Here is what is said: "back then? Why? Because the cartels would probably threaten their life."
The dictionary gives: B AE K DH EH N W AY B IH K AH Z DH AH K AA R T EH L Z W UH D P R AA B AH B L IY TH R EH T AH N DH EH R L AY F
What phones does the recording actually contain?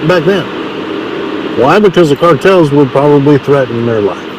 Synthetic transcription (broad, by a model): B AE K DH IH N W AY B IH K AH Z DH AH K AA R T EH L Z W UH D P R AA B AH B L IY TH R EH T N DH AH R L AY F